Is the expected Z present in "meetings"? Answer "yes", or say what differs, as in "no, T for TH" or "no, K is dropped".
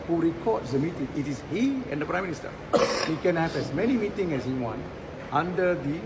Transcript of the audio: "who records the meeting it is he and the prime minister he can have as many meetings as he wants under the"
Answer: no, Z is dropped